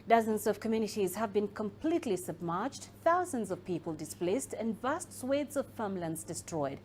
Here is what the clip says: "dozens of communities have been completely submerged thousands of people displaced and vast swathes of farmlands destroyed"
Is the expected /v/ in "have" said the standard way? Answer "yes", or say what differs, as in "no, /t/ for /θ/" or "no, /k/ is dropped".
yes